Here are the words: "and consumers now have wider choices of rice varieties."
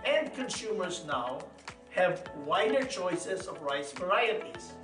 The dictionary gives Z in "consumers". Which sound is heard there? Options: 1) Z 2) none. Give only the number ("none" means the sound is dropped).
1